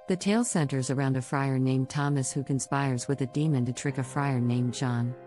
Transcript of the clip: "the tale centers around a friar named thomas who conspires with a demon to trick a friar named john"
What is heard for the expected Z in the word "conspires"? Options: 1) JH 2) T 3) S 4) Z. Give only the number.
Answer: 4